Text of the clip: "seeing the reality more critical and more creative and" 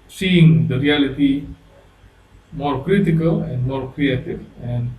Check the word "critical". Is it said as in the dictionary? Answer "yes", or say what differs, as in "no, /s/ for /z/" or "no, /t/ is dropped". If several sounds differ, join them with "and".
yes